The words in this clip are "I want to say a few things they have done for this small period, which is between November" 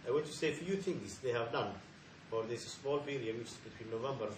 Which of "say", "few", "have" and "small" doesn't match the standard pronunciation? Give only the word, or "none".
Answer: none